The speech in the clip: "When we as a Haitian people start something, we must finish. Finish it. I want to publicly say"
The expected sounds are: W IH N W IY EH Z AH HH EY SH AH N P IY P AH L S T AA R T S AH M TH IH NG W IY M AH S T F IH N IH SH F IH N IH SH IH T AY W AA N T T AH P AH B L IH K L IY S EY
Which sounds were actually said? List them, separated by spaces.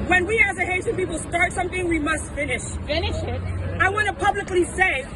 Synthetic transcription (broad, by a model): W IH N W IY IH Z AH HH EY S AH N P IY P L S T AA R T S AH M TH IH NG W IY M AH S T F IH N IH SH F IH N IH SH IH T AY W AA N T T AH P AH B L IH K L IY S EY